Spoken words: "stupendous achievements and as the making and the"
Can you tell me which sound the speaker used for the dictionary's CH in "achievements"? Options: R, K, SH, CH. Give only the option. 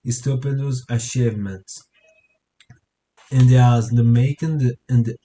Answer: SH